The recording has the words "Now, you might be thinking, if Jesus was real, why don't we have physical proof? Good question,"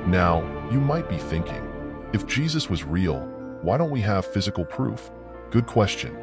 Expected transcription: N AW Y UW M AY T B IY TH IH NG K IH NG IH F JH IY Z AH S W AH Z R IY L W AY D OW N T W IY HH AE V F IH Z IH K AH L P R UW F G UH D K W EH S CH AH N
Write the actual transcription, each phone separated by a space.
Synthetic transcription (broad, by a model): N AW Y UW M AY T B IY TH IH NG K IH NG IH F JH IY Z AH S W AH Z R IY L W AY D OW N T W IY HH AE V F IH Z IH K L P R UW F G UH D K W EH S CH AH N